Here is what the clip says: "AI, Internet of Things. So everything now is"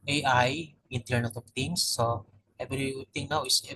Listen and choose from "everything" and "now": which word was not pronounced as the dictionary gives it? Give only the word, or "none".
everything